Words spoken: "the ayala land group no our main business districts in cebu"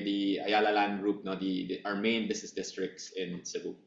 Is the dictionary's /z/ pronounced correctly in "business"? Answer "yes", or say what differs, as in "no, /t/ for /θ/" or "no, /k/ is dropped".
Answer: no, /s/ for /z/